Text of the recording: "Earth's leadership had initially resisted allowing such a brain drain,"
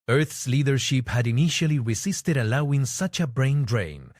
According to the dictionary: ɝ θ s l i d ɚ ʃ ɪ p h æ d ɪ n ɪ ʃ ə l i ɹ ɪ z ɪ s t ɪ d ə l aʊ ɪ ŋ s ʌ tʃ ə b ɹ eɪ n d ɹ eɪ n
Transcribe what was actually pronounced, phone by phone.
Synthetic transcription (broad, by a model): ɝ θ s l i d ɚ ʃ ɪ p h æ d ɪ n ɪ ʃ ə l i ɹ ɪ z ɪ s t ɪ d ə l aʊ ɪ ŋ s ʌ tʃ ə b ɹ eɪ n d ɹ eɪ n